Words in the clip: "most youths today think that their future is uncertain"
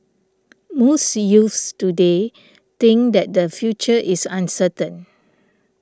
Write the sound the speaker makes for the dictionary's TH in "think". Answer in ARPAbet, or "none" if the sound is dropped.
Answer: T